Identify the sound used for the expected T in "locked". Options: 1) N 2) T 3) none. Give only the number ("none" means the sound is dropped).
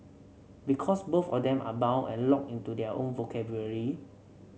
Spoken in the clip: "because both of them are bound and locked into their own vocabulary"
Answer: 3